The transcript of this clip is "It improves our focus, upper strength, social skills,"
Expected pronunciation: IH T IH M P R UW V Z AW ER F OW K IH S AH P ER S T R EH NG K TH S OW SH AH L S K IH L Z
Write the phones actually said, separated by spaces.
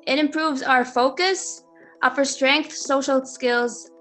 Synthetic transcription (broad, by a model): IH T IH M P R UW V Z AW ER F OW K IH S AH P ER S T R EH NG K TH S OW SH L S K IH L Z